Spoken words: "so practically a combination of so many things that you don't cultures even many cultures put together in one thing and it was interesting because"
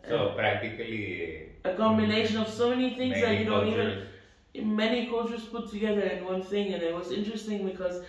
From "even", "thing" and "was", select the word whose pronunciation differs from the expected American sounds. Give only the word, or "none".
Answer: none